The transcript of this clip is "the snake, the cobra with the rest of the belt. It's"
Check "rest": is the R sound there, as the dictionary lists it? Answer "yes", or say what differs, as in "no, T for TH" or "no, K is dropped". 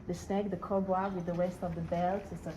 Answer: no, W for R